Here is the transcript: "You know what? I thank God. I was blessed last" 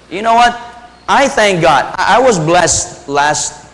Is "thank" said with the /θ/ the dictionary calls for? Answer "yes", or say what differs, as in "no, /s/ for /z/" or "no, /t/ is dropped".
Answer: yes